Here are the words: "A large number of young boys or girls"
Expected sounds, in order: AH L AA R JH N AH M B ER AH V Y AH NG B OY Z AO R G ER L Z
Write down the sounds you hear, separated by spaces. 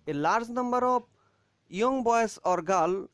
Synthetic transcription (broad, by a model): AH L AA R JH N AH M B ER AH B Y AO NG B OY S AO R G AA L